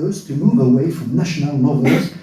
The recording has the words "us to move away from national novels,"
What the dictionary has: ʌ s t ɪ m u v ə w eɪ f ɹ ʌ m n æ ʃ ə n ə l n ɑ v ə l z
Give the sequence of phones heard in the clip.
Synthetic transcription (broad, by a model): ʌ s t ɪ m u b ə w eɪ f ɹ ʌ m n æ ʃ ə n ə l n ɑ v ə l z